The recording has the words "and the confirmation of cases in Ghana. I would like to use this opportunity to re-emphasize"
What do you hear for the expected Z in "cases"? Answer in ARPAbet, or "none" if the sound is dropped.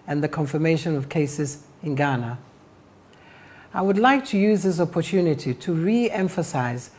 Z